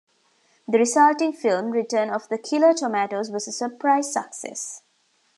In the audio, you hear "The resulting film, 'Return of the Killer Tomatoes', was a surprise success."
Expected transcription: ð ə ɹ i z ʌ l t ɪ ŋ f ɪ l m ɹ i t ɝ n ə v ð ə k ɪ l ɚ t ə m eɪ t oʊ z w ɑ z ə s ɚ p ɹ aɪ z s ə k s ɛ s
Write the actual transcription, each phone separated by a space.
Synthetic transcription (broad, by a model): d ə ɹ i s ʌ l t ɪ ŋ f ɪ l m ɹ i t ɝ n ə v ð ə k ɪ l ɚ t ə m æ t oʊ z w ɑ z ə s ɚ p ɹ aɪ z s ə k s ɛ s